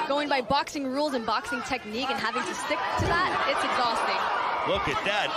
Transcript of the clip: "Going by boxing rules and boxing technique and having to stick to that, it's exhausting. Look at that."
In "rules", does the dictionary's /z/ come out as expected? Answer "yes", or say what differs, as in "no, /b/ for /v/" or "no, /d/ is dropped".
yes